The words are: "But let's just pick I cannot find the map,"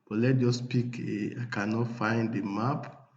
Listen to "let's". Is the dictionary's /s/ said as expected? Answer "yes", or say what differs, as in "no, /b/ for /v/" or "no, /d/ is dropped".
no, /s/ is dropped